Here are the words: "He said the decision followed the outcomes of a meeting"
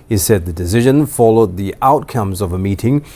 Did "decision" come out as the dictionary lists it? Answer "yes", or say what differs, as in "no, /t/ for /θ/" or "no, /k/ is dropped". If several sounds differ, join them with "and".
yes